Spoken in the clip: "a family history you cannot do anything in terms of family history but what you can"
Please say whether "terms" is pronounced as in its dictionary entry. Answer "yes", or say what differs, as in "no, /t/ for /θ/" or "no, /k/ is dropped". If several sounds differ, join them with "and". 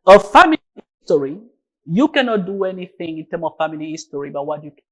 no, /z/ is dropped